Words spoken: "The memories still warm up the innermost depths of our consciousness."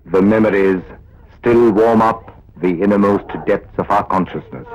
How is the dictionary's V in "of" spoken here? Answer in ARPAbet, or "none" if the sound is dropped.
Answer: V